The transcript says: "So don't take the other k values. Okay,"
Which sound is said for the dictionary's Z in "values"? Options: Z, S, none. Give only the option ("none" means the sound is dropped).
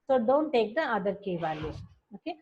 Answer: none